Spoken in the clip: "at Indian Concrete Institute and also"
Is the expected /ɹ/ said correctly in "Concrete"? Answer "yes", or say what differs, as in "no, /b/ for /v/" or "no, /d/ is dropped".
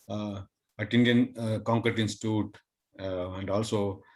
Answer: no, /ɹ/ is dropped